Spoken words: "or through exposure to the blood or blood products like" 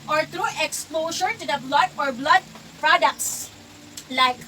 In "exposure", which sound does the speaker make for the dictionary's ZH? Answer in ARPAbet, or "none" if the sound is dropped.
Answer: SH